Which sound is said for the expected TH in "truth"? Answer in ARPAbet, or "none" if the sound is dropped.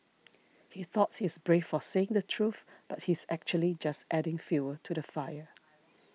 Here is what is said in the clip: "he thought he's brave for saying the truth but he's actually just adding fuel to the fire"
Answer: TH